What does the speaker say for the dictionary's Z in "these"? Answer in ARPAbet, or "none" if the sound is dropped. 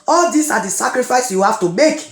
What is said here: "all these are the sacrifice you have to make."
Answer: S